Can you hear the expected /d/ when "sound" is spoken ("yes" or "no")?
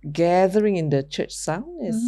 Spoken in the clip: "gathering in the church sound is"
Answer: no